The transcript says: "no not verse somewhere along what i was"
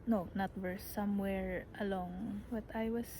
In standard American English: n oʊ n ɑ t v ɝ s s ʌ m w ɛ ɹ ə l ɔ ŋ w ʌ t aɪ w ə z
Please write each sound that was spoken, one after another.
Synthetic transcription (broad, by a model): n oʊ n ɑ t w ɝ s s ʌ m w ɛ ɹ ə l ɔ ŋ w ʌ t aɪ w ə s